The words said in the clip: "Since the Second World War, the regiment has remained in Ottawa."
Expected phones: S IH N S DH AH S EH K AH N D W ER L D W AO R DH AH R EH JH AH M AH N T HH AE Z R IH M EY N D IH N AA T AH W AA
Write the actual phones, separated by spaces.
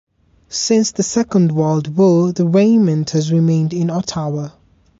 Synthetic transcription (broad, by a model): S IH N S DH AH S EH K AH N D W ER L D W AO DH AH R EH AH M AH N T HH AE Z R IH M EY N D IH N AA T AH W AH